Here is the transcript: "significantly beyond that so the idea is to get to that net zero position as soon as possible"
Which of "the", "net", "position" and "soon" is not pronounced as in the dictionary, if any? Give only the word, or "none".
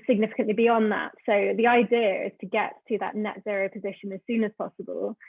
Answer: none